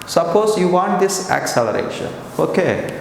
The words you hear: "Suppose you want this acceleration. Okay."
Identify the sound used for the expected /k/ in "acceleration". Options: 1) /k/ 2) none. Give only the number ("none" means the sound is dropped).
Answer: 1